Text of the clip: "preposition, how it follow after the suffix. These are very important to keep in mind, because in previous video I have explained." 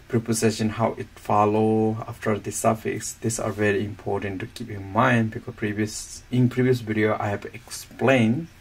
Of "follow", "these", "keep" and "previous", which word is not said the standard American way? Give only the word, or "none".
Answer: these